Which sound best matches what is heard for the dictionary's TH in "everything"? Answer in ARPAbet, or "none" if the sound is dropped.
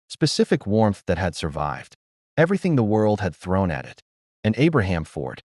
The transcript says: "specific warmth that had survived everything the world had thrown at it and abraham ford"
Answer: TH